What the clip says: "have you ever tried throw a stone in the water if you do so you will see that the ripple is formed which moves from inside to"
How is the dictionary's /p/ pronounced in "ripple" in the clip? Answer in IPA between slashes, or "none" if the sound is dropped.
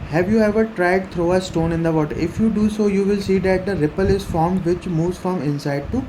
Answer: /p/